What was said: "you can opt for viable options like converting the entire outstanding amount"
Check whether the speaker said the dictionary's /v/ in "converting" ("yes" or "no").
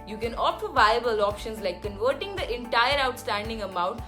yes